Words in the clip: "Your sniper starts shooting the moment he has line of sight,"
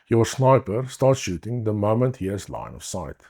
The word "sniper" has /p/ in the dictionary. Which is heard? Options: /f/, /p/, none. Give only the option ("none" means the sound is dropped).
/p/